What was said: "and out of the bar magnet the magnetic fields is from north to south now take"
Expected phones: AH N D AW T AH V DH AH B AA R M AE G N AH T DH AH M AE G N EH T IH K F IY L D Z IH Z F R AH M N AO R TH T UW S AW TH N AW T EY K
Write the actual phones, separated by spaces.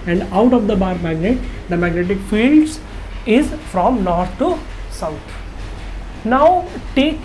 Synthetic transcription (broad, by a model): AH N D AW T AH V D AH B AA R M AE G N AH T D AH M AE G N EH T IH K F IY L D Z IH Z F R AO M N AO R T T UW S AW T N AW T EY K